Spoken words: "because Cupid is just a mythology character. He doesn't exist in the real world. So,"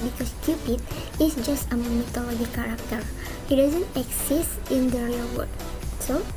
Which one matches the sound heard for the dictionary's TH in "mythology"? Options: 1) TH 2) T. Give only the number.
2